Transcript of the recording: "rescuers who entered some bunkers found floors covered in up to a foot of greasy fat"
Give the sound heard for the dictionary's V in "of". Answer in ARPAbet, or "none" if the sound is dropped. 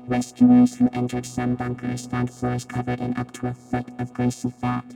V